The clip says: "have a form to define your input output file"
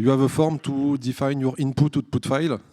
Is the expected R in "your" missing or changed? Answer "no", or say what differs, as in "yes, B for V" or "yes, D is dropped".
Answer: no